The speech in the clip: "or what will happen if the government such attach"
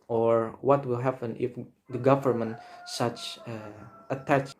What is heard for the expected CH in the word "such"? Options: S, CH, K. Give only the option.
CH